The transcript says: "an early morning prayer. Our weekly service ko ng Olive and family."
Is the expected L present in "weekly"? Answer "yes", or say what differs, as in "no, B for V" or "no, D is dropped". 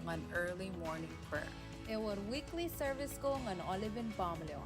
yes